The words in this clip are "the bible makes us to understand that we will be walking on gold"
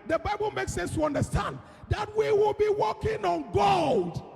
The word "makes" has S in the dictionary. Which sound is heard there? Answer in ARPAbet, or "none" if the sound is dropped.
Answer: S